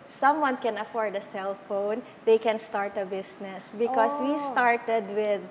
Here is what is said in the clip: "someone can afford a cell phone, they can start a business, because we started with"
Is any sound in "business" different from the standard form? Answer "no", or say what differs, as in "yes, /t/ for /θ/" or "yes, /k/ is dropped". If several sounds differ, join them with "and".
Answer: yes, /s/ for /z/